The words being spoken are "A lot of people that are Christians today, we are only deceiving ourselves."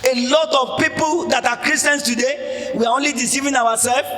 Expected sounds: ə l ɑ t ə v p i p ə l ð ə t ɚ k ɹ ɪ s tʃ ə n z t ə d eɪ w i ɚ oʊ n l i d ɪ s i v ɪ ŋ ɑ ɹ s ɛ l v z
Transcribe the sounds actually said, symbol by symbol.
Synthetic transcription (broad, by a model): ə l ɑ t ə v p i p ə l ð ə t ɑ k ɹ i s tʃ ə n s t ə d eɪ w i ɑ oʊ n l i d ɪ s i v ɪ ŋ ɑ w s ɛ l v